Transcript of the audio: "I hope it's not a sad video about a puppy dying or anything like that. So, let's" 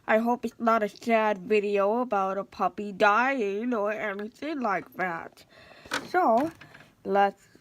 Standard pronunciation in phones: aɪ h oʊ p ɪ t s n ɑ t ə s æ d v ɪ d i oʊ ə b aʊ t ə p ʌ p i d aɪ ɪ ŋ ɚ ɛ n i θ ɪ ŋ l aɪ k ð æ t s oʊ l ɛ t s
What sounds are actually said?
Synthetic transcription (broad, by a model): aɪ h oʊ p ɪ t s n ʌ t ə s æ d v ɪ d i oʊ ə b aʊ t ə p ʌ p i d aɪ ɪ ŋ ɚ ɛ n i θ ɪ ŋ l aɪ k ð æ t s oʊ l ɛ t s